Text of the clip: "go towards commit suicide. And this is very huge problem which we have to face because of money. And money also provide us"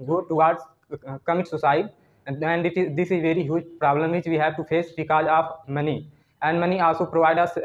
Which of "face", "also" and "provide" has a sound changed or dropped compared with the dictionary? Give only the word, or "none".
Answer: none